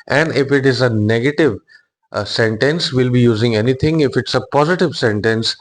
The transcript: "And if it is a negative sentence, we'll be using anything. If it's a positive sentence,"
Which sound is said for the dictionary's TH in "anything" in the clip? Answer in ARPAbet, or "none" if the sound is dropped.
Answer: T